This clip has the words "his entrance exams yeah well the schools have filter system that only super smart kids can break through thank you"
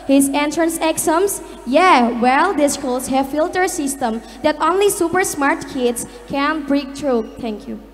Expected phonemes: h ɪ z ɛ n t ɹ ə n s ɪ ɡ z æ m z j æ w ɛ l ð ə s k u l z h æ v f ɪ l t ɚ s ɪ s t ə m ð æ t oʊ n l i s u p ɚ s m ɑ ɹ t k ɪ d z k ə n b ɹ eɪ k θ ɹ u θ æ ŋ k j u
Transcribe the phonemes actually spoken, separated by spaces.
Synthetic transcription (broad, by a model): h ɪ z ɛ n t ɹ ə n s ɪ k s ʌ m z j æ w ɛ l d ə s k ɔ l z h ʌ f ɪ l t ɚ s ɪ s t ə m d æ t oʊ n l i s u p ɚ s m ɑ ɹ t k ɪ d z k ə n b ɹ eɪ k t ɹ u t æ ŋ k j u